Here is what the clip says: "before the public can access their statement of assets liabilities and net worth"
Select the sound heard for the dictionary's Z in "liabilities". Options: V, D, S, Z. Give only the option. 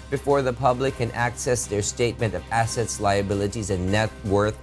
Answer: Z